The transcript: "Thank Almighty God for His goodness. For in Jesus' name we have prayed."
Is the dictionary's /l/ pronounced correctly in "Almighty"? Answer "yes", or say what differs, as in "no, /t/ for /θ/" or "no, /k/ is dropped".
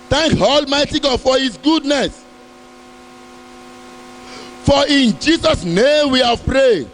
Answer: yes